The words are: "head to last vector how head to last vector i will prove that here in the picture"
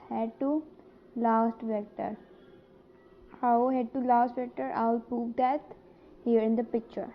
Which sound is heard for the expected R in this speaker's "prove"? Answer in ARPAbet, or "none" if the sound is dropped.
none